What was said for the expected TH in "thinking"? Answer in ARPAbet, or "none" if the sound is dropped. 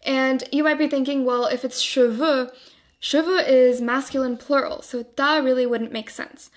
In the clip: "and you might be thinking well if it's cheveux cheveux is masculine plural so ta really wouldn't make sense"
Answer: TH